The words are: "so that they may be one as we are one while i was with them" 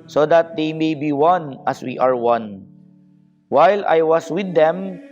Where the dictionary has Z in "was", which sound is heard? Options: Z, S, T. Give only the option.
S